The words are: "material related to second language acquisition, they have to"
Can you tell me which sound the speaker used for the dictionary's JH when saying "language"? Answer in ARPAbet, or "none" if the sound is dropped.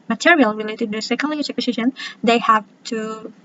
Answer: CH